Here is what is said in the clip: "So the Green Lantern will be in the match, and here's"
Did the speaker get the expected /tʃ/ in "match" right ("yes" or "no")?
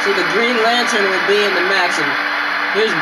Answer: no